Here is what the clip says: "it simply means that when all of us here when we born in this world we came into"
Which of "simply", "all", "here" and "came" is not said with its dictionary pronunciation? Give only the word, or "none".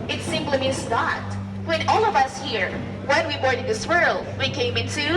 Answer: simply